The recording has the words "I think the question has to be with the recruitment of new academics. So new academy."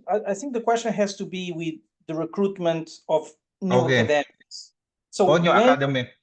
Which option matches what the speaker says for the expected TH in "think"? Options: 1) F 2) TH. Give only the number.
2